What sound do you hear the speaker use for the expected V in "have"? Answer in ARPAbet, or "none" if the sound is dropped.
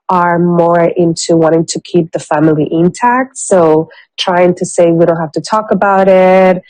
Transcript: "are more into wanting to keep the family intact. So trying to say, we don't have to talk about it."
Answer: F